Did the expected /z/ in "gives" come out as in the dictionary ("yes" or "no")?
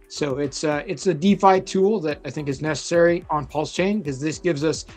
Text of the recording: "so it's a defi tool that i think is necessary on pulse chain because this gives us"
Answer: yes